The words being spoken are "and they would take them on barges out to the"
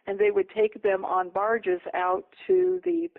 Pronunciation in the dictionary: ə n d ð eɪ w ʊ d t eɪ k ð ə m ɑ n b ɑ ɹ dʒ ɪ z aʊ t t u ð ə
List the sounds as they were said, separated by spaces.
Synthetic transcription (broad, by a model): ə n ð eɪ w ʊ d t eɪ k ð ə m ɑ n b ɑ ɹ dʒ ɪ z aʊ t t u ð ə